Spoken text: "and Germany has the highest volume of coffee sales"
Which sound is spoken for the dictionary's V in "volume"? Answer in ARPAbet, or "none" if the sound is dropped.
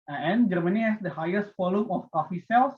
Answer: F